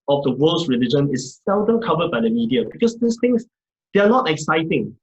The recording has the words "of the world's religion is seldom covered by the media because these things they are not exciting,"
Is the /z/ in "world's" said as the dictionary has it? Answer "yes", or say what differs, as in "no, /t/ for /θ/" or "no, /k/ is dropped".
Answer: no, /s/ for /z/